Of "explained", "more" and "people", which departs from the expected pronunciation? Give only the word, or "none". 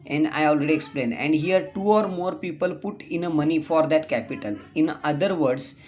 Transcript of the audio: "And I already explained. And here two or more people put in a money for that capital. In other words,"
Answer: explained